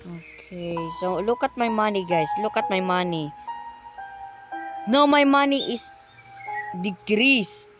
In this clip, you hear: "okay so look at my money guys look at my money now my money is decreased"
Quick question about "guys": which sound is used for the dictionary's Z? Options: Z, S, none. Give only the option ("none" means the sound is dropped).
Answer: S